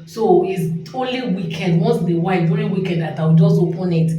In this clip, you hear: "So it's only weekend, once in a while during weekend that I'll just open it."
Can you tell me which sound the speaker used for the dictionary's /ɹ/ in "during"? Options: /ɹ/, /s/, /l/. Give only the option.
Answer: /l/